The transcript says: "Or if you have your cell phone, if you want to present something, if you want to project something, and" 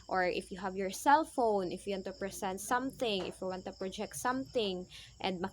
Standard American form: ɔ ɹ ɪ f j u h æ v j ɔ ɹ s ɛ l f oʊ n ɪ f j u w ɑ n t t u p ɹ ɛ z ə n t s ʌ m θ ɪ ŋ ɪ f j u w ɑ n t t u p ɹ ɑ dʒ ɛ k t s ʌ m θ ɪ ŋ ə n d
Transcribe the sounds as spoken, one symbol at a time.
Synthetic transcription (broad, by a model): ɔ ɹ ɪ f j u h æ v j ɔ ɹ s ɛ l f oʊ n ɪ f j u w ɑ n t t u p ɹ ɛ s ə n t s ʌ m θ ɪ ŋ ɪ f j u w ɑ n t t u p ɹ ɑ dʒ ɛ k t s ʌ m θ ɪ ŋ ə n d